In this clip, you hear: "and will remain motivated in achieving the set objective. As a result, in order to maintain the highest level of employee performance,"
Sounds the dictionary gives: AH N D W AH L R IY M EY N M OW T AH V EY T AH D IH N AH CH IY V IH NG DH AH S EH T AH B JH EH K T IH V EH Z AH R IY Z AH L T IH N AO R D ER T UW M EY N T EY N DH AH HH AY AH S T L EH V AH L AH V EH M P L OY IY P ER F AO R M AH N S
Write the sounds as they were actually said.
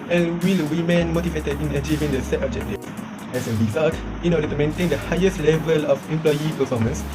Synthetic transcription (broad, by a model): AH N W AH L W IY M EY N M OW T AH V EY T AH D IH N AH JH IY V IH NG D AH S EH T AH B JH EH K T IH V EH S AH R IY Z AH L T IH N AO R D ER T UW M EY N T EY N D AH HH AY AH S T L EH V AH L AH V EH M P L OY IY P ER F AO M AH N S